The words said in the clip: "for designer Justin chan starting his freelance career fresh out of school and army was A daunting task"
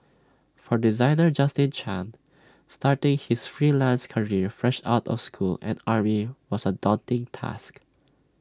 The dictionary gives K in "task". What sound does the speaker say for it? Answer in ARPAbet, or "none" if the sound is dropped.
K